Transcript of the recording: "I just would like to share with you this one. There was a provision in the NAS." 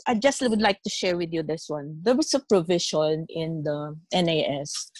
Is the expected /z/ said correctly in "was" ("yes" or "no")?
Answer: no